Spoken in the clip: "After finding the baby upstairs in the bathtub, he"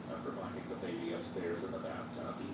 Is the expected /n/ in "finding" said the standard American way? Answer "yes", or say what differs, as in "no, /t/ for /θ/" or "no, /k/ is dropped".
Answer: no, /n/ is dropped